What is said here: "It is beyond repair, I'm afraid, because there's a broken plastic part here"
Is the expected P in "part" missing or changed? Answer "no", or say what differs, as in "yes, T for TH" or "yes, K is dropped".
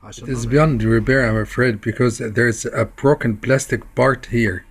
yes, B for P